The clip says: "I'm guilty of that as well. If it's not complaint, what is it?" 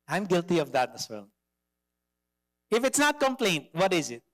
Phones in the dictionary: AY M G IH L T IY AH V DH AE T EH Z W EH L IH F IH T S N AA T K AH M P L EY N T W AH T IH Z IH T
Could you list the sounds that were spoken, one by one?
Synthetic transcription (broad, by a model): AY M G IH L T IY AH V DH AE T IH S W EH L IH F IH T S N AA T K AH M P L EY N T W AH T IH Z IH T